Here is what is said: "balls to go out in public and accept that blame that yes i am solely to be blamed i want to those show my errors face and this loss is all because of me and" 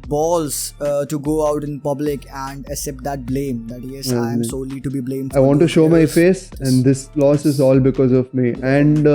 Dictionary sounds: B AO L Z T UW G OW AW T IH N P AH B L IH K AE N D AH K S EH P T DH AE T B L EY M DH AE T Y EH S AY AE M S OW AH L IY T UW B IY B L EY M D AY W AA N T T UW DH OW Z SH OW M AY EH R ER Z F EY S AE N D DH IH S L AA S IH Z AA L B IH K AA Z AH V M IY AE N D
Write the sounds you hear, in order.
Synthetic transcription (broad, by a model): B AO L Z T UW G OW AW T IH N P AH B L IH K AE N D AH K S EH P T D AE T B L EY M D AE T Y EH S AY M S OW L IY T UW B IY B L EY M AY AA N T T UW SH OW M AY F EY S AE N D IH S L AA S IH Z AA L B IH K AA Z AH V M IY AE N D